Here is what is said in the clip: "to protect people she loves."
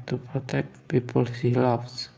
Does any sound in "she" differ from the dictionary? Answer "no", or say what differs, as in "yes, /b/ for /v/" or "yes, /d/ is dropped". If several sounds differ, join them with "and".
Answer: yes, /s/ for /ʃ/